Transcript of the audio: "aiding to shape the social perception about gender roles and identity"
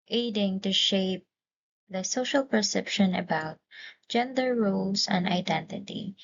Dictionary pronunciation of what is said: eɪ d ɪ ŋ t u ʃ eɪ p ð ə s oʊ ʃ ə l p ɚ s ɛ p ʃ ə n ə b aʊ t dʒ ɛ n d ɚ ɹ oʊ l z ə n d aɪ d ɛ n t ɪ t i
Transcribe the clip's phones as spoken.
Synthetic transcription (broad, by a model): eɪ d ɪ ŋ t u ʃ eɪ p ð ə s oʊ ʃ ə l p ɚ s ɛ p ʃ ə n ə b aʊ t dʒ ɛ n d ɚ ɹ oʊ l s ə n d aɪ d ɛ n t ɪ t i